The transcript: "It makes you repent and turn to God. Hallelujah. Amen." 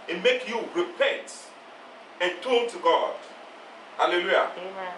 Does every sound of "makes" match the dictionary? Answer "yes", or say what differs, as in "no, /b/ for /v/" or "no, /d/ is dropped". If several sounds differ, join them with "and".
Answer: no, /s/ is dropped